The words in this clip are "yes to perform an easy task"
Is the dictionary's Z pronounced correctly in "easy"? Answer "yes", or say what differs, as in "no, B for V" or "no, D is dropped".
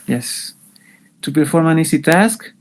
no, S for Z